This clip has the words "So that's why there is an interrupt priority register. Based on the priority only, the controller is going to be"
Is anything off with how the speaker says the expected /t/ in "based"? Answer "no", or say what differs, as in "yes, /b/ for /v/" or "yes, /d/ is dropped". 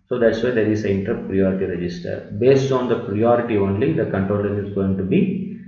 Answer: no